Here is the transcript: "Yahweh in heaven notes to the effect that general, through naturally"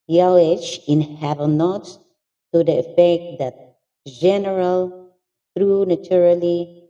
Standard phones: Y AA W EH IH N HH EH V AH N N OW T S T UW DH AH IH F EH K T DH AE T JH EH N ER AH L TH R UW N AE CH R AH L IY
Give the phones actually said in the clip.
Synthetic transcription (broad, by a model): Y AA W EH IH N HH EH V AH L N OW T S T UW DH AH IH F EH K T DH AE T JH EH N ER AH L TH R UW N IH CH R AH L IY